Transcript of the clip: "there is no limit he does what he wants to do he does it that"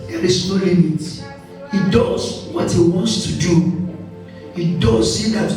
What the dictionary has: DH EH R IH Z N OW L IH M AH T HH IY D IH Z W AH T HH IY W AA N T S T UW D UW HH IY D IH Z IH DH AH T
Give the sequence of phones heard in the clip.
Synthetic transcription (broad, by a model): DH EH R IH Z N OW L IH M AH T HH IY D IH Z W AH T HH IY W AA N T S T UW D UW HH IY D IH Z IH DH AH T